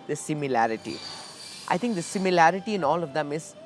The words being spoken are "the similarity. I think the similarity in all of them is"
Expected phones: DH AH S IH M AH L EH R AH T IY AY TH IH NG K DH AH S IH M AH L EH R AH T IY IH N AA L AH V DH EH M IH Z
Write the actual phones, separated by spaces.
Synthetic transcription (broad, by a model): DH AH S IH M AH L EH R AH T IY AY T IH NG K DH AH S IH M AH L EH R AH T IY IH N AA L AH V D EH M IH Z